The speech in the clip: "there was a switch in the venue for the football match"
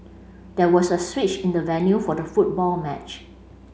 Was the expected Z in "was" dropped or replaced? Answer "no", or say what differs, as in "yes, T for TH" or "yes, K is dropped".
yes, S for Z